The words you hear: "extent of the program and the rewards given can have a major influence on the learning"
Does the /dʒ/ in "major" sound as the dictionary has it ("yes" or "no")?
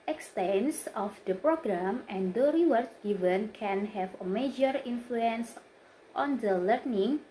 yes